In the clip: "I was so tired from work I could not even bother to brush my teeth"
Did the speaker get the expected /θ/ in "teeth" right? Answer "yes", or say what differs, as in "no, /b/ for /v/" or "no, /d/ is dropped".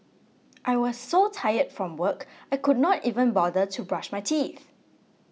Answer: yes